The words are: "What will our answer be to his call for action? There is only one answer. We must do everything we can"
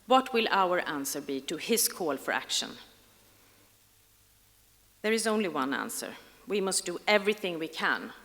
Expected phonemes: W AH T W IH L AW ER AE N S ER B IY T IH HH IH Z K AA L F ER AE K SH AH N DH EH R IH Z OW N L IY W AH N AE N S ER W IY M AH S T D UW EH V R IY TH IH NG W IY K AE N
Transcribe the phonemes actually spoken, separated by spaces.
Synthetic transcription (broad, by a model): W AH T W IH L AW ER AE N S ER B IY T IH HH IH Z K AA L F ER AE K SH AH N DH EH R IH Z OW N L IY W AH N AE N S ER W IY M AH S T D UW EH V R IY TH IH NG W IY K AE N